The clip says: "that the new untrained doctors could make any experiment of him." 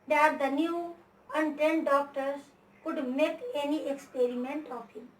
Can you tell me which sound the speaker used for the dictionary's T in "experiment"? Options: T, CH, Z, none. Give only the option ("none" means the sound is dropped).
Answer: T